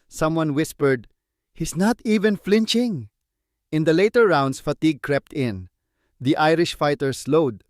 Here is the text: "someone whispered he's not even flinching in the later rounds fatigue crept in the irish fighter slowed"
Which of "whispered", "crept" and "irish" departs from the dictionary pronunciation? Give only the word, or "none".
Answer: none